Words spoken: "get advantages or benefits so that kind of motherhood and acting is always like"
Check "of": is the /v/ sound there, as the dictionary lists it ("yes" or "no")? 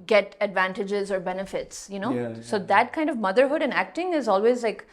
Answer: yes